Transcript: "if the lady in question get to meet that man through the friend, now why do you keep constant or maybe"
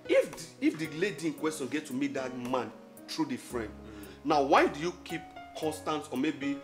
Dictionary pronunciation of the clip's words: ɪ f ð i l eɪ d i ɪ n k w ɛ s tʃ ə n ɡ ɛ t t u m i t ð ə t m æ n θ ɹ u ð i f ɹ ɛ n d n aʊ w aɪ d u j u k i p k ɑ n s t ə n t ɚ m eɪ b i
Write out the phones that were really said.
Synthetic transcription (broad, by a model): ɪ f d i l eɪ d i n k w ɛ s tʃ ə n ɡ ɛ t t u m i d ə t m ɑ n t ɹ u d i f ɹ ɛ n d n aʊ w aɪ d u j u k i p k ɑ n s t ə n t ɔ m eɪ b i